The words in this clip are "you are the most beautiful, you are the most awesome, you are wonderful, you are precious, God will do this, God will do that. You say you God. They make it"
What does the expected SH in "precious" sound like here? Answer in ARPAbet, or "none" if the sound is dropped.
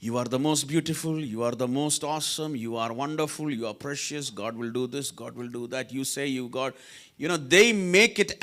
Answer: SH